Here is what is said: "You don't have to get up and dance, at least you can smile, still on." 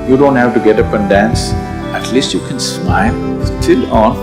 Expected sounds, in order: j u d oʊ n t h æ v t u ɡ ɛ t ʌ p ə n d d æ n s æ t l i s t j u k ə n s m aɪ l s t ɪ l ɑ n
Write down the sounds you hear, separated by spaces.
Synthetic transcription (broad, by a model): j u d oʊ n t h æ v t u ɡ ɛ t ʌ p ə n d d æ n s æ t l i s t j u k ə n s m aɪ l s t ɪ l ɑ n